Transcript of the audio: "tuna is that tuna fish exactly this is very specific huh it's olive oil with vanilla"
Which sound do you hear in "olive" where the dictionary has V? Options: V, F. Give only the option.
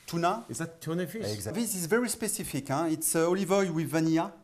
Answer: V